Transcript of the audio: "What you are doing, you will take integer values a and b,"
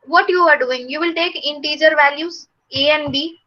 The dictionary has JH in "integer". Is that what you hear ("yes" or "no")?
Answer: yes